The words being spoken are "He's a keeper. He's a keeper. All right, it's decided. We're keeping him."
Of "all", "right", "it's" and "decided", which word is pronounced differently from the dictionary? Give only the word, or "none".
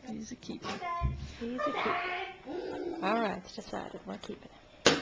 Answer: right